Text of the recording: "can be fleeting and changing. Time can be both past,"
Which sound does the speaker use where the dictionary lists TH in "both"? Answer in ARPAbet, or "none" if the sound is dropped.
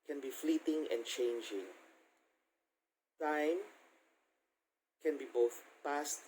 TH